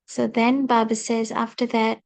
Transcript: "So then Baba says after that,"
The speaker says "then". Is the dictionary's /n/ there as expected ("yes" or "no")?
yes